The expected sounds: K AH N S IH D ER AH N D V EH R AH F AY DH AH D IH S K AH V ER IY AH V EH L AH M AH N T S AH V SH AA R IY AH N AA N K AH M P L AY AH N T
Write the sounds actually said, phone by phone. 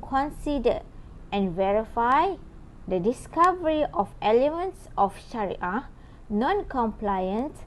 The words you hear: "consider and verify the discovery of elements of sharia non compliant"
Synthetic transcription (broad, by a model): K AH N S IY D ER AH N V EH R AH F AY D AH D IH S K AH V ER IY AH F EH L AH M AH N T S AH F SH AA R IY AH N AA N K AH M P L AY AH N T